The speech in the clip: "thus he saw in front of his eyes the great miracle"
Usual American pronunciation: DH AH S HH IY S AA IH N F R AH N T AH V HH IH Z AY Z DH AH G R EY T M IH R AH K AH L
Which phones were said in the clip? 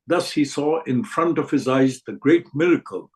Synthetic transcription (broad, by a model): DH AH S HH IY S AA IH N F R AH N T AH V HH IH Z AY Z DH AH G R EY T M IH R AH K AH L